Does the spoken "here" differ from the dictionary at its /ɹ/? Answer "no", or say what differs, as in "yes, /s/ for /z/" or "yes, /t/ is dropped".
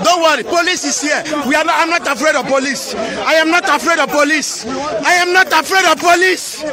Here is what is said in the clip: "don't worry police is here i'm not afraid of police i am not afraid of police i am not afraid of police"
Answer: yes, /w/ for /ɹ/